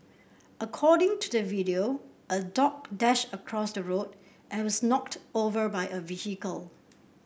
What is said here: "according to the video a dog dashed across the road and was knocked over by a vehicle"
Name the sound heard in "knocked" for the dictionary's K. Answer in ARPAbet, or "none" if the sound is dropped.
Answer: K